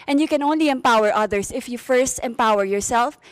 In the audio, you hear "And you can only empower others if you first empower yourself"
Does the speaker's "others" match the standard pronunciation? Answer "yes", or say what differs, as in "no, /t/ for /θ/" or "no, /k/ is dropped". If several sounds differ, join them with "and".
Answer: no, /s/ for /z/